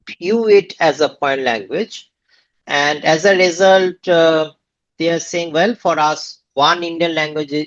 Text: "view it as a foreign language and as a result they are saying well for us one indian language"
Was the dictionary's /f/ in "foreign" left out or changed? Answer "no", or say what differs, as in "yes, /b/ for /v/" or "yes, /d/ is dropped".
yes, /p/ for /f/